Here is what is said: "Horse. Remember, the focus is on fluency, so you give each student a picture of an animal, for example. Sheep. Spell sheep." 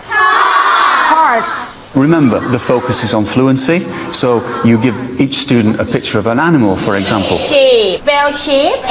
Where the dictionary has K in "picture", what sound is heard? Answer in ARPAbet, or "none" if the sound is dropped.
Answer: K